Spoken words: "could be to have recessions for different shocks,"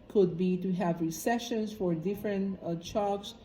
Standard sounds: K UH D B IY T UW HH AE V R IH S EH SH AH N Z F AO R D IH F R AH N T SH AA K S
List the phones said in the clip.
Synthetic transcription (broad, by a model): K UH D B IY T UW HH AE V R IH S EH SH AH N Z F AO R D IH F R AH N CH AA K S